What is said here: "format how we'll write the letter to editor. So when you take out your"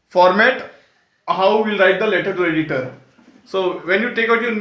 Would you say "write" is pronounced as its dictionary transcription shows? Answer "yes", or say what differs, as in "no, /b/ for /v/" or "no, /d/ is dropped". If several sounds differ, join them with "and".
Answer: yes